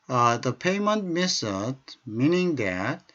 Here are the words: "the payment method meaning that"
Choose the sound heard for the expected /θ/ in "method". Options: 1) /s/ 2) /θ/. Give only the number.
1